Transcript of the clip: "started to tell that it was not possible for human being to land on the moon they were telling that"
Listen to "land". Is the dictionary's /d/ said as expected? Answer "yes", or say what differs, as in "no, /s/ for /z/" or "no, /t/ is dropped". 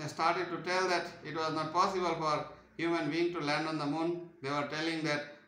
yes